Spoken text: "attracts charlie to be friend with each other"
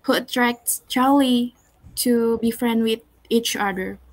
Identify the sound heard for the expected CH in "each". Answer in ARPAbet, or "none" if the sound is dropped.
CH